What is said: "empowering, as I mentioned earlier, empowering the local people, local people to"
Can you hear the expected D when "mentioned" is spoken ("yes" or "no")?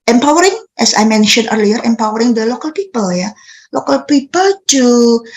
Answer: no